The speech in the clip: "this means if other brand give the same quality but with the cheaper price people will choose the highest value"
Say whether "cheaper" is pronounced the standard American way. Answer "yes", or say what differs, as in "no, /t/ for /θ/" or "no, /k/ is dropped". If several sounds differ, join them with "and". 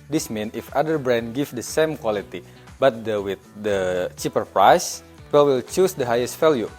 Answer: yes